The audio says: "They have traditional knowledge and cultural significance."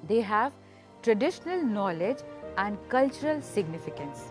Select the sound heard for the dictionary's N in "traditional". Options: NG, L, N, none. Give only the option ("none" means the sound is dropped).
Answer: N